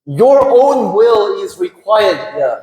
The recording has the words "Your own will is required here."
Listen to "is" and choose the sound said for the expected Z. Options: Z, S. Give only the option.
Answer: Z